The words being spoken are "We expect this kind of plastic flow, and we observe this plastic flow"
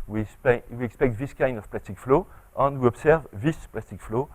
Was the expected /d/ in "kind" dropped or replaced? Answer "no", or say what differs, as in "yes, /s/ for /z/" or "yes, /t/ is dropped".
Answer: no